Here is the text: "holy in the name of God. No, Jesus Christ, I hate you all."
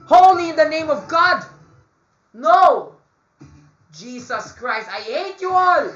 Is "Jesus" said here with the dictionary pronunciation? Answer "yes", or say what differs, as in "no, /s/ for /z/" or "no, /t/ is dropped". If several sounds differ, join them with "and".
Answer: no, /s/ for /z/